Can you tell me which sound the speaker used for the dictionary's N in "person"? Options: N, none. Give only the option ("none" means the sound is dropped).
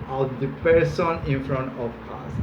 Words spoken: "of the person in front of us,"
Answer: N